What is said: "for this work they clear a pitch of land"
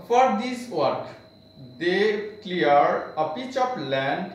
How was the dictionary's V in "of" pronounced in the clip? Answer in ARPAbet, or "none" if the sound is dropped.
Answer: P